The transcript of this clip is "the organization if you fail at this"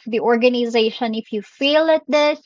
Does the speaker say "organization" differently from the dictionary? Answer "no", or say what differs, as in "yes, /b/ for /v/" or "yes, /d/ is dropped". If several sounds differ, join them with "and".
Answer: no